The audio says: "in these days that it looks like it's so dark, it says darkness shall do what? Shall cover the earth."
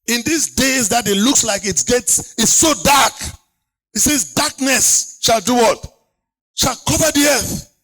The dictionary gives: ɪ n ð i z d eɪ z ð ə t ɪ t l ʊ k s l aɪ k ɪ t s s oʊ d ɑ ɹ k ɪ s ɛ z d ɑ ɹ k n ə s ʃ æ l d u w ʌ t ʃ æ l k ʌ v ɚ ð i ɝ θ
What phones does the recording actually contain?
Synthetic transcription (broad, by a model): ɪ n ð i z d eɪ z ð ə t ɪ t l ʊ k s l aɪ k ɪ t s s oʊ d ɑ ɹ k ɪ s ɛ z d ɑ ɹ k n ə s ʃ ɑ l d u w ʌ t ʃ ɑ l k ʌ v ɚ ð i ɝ θ